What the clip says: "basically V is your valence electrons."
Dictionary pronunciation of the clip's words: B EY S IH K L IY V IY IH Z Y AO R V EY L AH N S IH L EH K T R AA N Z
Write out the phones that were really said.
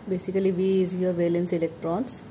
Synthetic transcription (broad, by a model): B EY S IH K L IY V IY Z Y AO R V EY L AH N S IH L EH K T R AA N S